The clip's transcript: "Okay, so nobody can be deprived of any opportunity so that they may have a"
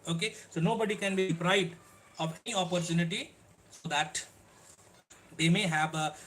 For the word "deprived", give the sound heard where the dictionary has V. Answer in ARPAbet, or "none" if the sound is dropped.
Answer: B